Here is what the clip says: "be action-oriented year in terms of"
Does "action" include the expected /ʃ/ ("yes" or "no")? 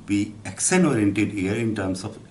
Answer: no